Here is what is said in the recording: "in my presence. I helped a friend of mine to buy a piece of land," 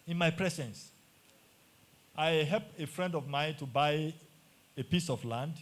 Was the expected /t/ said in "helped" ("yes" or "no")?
no